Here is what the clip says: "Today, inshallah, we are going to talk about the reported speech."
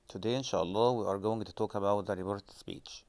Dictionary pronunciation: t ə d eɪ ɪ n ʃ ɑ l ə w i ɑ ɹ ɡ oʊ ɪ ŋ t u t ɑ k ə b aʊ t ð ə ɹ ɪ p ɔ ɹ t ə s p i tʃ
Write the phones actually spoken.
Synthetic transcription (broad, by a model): t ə d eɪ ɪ n ʃ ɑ l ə w i ɑ ɹ ɡ oʊ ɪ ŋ t u t ɑ k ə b aʊ t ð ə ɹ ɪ b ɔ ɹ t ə s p i tʃ